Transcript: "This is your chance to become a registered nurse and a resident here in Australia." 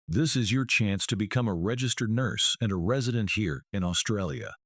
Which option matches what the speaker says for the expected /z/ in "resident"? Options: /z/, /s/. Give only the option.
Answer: /z/